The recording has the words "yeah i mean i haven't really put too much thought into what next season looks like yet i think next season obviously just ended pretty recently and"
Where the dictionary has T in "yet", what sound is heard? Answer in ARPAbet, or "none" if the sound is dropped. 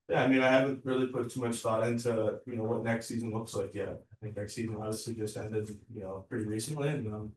none